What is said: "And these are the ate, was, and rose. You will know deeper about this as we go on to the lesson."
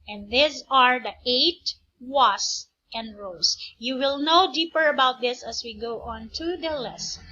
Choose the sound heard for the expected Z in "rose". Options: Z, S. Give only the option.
S